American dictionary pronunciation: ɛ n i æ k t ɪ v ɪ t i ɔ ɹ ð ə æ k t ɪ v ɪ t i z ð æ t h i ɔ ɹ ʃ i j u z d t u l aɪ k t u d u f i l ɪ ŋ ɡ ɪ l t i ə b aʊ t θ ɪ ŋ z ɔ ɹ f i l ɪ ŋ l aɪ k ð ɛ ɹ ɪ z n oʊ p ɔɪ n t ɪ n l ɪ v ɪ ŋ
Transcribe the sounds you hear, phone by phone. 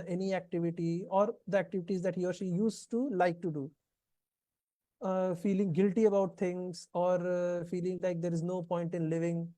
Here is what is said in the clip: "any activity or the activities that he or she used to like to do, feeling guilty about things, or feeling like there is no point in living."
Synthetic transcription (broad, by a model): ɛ n i æ k t ɪ v ɪ t i ɔ ɹ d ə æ k t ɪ v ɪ t i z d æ t h i ɔ ɹ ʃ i j u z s t u l aɪ k t u d u f i l ɪ ŋ ɡ ɪ l t i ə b aʊ t t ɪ ŋ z ɔ ɹ f i l ɪ ŋ l aɪ k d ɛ ɹ ɪ z n oʊ p ɔɪ n t ɪ n l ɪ v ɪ ŋ